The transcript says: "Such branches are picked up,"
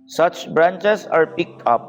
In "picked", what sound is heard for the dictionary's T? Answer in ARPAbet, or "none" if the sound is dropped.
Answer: none